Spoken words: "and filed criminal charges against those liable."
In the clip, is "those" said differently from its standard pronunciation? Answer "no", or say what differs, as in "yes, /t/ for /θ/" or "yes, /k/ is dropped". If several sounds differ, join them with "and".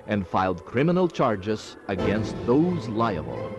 no